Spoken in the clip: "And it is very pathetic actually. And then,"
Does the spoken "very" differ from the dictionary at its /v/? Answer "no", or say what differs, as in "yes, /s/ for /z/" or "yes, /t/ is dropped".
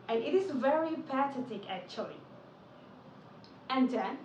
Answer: no